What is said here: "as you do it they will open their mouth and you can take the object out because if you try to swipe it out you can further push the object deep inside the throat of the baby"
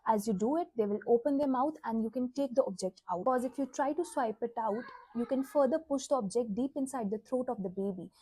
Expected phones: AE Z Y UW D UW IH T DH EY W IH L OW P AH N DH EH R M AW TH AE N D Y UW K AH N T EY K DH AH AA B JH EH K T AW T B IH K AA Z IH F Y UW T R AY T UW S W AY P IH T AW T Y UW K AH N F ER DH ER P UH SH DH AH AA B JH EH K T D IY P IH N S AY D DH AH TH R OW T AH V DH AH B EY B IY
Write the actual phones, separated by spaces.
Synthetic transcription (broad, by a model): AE Z Y UW D UW IH T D EY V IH L OW P AH N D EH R M AW T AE N D Y UW K AH N T EY K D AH AA B JH EH K T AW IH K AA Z IH F Y UW T R AY T UW S W AY P IH T AW T Y UW K AH N F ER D ER P UH SH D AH AA B JH EH K T D IY P IH N S AY D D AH T R OW T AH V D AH B EY B IY